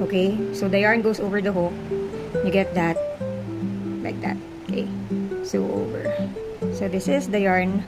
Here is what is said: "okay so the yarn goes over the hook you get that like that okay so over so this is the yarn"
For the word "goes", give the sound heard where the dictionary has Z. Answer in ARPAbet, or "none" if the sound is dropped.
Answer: S